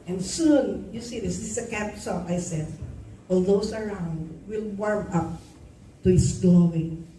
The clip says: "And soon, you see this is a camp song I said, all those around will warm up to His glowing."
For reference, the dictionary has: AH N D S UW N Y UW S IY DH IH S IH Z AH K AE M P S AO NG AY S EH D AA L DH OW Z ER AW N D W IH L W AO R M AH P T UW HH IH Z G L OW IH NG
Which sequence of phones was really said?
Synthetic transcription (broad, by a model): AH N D S UW N Y UW S IY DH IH S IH S AH K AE P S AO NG AY S EH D AA L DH OW S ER AW N D W IH L W AO R M AH P T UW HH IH S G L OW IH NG